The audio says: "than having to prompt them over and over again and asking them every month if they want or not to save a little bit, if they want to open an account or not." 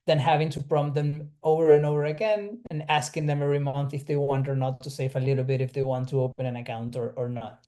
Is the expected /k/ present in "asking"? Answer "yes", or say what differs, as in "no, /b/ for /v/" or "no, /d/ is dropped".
yes